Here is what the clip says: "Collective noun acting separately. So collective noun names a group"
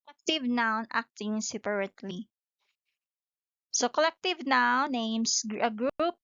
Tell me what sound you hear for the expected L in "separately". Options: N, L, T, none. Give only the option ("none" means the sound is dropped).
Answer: L